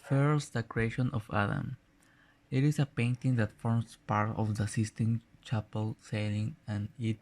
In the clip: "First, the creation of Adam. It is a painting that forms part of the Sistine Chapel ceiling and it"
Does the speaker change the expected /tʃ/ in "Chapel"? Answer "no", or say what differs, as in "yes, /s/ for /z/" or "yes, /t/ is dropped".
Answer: no